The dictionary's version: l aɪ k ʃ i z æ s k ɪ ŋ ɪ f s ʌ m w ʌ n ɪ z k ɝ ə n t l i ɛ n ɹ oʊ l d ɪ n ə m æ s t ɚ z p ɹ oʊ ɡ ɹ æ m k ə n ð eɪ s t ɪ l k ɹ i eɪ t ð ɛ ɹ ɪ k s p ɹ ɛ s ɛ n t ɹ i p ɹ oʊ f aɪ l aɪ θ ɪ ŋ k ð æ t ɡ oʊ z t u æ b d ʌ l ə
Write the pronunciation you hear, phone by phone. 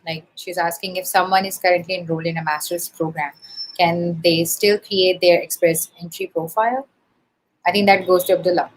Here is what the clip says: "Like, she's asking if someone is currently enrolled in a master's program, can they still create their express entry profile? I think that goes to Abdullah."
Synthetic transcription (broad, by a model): l aɪ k ʃ i z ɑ s k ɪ ŋ ɪ f s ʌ m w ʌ n ɪ z k ɝ ə n t l i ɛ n ɹ oʊ l ɪ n ə m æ s t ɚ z p ɹ oʊ ɡ ɹ æ m k ə n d eɪ s t ɪ l k ɹ i eɪ t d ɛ ɹ ɪ k s p ɹ ɛ s ɛ n t ɹ i p ɹ oʊ f aɪ l aɪ t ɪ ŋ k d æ t ɡ oʊ z t u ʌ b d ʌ l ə